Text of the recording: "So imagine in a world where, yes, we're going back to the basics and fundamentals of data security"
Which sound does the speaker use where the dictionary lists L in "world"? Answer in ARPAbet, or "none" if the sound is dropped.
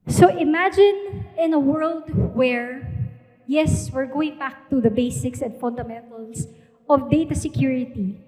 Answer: L